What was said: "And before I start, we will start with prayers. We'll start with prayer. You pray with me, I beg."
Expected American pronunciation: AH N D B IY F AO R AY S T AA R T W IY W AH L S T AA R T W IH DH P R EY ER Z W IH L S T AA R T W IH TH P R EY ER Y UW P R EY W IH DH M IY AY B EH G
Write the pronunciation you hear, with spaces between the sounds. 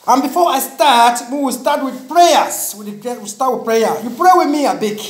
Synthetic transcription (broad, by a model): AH N B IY F AO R AY S T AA T W IY W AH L S T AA T W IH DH P R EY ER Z W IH W S T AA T W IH P R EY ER Y UW P R EY W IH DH M IY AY B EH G